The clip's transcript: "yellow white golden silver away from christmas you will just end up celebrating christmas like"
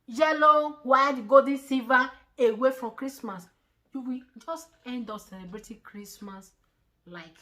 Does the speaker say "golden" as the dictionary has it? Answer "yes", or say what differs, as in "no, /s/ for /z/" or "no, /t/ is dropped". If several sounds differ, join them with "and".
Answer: no, /l/ is dropped